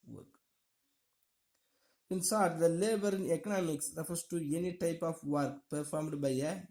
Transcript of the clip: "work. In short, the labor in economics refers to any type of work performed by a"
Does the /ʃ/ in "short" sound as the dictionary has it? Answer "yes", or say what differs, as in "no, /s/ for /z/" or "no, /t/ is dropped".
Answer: no, /s/ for /ʃ/